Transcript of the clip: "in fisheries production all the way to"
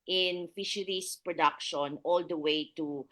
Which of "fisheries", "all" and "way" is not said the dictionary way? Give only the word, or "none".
fisheries